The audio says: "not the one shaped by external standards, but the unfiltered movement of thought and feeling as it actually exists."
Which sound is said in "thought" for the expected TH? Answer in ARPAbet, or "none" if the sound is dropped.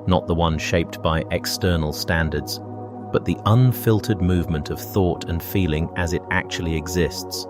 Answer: TH